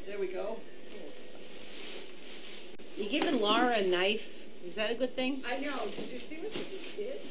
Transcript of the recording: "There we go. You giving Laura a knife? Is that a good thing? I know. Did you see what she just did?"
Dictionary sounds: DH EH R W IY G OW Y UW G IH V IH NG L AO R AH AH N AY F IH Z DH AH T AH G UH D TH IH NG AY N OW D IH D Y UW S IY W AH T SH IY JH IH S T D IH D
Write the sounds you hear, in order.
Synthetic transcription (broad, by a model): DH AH R W IY G OW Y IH G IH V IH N L AO R AH AH N AY F IH Z DH AH T AH G UH D TH IH NG AY N OW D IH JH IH S IY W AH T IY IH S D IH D